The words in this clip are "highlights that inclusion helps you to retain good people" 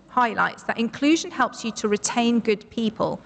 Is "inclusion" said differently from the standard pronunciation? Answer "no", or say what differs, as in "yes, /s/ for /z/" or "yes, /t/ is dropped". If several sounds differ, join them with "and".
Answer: no